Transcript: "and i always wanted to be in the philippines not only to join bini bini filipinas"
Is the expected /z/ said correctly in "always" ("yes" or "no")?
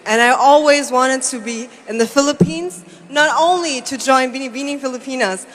yes